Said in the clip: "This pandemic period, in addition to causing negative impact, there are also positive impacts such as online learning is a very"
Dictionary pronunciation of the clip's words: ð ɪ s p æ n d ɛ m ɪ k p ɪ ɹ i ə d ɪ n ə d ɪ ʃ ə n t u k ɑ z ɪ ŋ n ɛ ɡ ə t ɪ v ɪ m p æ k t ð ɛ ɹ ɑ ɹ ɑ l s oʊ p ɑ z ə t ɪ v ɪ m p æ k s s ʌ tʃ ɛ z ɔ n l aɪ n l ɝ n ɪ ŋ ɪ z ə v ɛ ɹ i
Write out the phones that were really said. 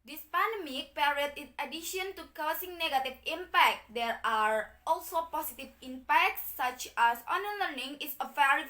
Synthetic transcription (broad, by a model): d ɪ s p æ n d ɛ m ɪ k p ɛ ɹ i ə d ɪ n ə d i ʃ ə n t u k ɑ s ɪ ŋ n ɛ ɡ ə t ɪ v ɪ m p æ k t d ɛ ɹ ɑ ɹ ɑ l s oʊ p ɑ s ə t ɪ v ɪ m p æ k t s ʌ tʃ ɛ s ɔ n ʌ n l ɝ n ɪ ŋ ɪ s ə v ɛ ɹ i